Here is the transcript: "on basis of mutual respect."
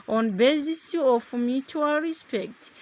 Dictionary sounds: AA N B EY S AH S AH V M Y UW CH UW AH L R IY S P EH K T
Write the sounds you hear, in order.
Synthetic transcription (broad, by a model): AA N B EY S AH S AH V M Y UW CH UW AH L R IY S P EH K T